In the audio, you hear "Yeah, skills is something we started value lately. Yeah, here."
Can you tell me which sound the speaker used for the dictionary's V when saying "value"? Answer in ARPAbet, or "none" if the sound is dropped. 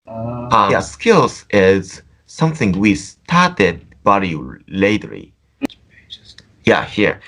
B